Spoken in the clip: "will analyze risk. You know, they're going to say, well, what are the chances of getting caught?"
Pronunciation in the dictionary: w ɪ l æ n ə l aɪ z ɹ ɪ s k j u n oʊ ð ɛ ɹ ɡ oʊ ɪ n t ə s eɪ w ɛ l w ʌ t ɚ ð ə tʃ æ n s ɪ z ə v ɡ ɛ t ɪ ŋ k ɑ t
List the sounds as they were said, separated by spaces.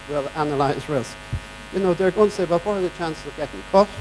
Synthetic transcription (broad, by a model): w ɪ l æ n ə l aɪ z ɹ ɪ s k j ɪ n oʊ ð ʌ ɹ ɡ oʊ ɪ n t ə s eɪ w ɛ l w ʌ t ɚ ð ə tʃ æ n s ɪ z ə v ɡ ɛ t ɪ ŋ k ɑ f